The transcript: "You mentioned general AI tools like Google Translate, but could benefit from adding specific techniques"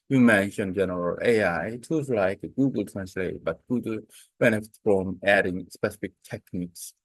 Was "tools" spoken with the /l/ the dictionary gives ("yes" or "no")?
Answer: no